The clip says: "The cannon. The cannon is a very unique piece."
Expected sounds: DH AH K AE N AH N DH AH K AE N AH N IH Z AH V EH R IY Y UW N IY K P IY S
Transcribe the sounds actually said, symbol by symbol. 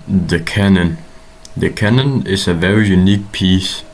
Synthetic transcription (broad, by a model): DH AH K AE N AH N DH AH K AE N AH N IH S AH V EH R IY Y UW N IY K P IY S